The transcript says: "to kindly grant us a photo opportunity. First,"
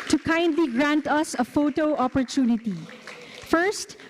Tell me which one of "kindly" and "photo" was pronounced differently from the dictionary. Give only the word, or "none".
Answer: none